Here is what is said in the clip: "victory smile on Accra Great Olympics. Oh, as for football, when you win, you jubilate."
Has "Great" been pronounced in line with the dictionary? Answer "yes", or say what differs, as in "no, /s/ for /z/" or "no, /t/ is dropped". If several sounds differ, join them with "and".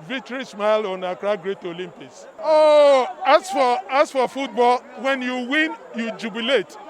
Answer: yes